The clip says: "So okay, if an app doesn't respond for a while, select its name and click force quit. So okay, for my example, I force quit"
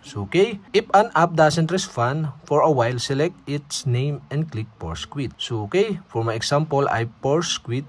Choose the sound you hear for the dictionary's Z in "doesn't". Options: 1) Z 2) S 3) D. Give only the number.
2